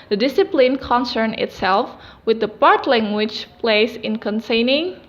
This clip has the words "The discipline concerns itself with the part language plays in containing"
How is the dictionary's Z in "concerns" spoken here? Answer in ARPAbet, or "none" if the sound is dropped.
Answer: none